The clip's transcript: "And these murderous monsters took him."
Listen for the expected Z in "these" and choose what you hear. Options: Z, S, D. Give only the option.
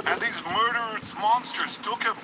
Z